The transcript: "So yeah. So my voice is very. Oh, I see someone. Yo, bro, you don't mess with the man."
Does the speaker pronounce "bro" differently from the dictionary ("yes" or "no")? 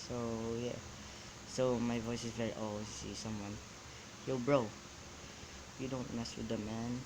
no